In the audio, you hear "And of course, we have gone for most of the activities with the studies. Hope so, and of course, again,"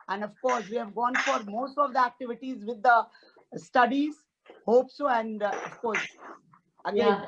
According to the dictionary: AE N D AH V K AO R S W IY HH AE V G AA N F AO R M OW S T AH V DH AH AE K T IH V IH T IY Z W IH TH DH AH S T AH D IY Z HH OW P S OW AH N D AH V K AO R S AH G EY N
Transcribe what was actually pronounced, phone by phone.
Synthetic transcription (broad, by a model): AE N D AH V K AO R S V IY HH AE V G AA N F AO R M OW S T AH V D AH AE K T IH V IH T IY Z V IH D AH S T AH D IY Z HH OW P S OW AH N D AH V K AO R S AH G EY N